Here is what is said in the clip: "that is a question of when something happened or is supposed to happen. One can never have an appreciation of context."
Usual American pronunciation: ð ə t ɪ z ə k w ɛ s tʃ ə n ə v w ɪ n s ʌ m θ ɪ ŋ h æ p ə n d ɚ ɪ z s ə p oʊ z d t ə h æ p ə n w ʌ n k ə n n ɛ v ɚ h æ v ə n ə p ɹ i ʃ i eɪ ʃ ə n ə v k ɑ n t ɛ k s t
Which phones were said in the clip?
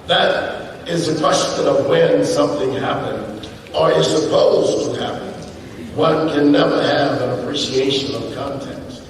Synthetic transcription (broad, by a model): ð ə t ɪ z ə k w ɛ s tʃ ə n ə v w ɪ n s ʌ m θ ɪ ŋ h æ p ə n d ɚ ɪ s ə p oʊ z t ə h æ p ə n w ʌ n k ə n n ɛ v ɚ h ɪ v ə n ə p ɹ i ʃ i eɪ ʃ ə n ə v k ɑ n t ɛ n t